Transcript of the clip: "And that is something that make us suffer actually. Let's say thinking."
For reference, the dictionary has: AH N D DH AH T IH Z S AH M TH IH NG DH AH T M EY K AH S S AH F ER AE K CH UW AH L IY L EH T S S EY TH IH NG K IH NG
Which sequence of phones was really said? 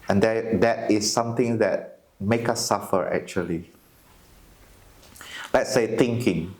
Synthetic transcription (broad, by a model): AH N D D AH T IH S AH M T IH NG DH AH T M EY K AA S S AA F ER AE K CH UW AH L IY L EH T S S EY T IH NG K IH NG